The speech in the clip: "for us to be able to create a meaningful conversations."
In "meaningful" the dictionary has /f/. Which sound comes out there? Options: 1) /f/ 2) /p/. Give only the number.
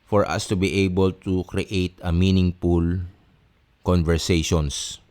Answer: 2